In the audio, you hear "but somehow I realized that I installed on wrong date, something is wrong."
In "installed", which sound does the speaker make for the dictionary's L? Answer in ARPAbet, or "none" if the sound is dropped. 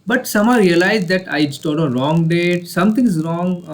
none